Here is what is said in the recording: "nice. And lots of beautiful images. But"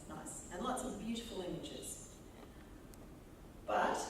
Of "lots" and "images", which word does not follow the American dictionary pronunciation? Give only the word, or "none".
none